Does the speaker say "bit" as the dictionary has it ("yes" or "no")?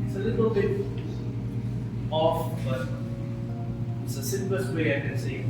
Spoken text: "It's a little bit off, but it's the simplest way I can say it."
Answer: no